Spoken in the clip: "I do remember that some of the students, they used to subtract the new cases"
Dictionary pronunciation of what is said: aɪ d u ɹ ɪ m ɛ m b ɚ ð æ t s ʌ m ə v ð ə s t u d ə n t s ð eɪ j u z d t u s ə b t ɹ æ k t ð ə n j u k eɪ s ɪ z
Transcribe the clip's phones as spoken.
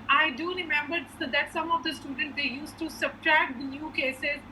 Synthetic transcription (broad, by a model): aɪ d u ɹ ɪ m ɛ m b ɚ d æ t s ʌ m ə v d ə s t u d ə n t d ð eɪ j u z t u s ə b t ɹ æ k t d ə n j u k eɪ s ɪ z